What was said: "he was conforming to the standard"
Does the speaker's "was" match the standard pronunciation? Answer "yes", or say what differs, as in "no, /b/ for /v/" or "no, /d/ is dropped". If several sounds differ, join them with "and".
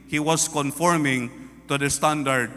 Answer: no, /s/ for /z/